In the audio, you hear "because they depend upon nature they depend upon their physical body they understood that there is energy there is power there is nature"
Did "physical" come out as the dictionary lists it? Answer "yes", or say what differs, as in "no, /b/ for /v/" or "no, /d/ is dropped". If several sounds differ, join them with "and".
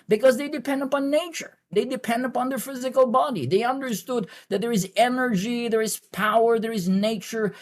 yes